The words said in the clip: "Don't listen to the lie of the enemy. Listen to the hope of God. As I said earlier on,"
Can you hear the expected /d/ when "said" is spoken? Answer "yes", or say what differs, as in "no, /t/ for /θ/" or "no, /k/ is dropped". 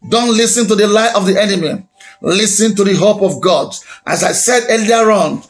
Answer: yes